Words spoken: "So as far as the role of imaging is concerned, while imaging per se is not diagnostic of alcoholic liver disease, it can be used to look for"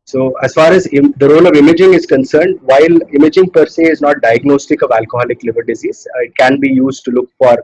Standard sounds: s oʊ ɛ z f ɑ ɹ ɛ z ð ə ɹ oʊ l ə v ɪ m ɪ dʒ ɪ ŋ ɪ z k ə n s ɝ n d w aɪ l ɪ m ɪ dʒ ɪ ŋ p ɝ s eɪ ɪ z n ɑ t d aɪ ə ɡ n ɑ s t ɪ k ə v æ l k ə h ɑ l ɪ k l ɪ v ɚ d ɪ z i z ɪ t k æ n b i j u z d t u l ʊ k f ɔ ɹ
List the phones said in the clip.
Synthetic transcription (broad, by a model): s oʊ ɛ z f ɑ ɹ ɛ z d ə ɹ oʊ l ə v ɪ m ɪ dʒ ɪ ŋ ɪ z k ə n s ɝ n d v aɪ l ɪ m ɪ dʒ ɪ ŋ p ɝ s eɪ ɪ z n ɑ t d aɪ ə ɡ n ɑ s t ɪ k ə v æ l k ə h ɑ l ɪ k l ɪ v ɚ d ɪ z i z ɪ t k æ n b i j u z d t u l ʊ k f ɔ ɹ